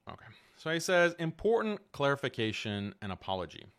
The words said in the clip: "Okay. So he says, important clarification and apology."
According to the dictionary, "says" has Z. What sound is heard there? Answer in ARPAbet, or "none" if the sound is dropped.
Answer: Z